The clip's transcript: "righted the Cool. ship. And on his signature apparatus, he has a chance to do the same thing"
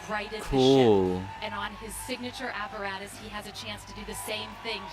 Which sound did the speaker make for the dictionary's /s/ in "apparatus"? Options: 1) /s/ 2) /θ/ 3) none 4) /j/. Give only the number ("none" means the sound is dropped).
1